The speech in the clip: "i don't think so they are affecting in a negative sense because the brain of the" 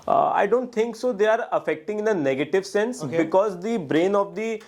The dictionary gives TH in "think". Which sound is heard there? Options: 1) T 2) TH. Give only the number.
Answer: 1